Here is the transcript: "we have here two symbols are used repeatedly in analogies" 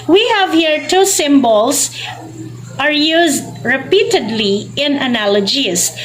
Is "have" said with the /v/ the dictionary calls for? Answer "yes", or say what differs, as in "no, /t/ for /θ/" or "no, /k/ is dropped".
yes